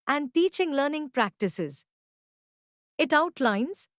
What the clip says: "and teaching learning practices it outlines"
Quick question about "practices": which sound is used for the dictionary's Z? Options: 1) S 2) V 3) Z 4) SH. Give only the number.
3